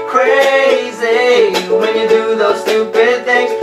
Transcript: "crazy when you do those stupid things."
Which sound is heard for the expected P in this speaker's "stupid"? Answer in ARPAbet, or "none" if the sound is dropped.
B